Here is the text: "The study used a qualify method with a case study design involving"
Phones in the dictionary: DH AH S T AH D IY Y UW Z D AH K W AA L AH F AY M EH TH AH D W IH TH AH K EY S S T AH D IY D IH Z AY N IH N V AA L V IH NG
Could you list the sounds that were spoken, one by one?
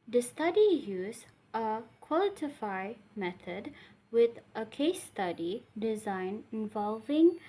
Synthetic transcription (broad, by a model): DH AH S T AH D IY Y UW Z AH K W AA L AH F AY M EH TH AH D W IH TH AH K EY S S T AH D IY D IH Z AY N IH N V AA L V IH NG